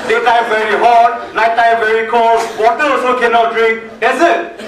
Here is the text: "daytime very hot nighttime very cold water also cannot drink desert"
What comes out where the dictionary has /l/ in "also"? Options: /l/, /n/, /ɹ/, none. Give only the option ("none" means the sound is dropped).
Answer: none